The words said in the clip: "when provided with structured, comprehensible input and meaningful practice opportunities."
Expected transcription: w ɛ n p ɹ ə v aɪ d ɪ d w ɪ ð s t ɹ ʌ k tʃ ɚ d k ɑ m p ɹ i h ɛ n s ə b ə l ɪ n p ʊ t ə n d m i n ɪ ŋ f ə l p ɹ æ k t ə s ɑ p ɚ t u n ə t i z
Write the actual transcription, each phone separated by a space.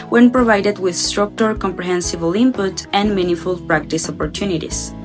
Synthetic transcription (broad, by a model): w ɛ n p ɹ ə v aɪ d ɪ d w ɪ ð s t ɹ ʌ k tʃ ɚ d k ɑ m p ɹ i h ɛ n s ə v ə l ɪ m p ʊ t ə n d m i n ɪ f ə l p ɹ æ k t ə s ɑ p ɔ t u n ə t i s